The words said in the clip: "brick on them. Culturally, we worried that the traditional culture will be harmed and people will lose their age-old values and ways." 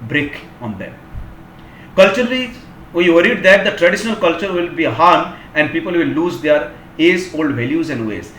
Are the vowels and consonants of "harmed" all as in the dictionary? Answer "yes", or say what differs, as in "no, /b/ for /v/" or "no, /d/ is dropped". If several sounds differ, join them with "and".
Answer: no, /d/ is dropped